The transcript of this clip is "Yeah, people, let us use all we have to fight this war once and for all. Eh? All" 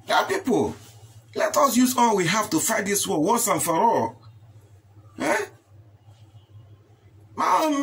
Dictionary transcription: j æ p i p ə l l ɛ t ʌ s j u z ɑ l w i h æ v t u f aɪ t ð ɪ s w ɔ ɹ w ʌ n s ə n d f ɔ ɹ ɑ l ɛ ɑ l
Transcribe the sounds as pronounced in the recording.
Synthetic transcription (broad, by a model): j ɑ p i p ə l l ɛ t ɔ s j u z ɑ l w i h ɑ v t u f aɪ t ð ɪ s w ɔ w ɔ s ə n f ɔ ɹ ɑ l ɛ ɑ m